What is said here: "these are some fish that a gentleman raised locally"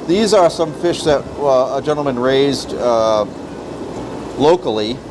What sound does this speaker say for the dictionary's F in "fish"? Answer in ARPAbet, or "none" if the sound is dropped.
F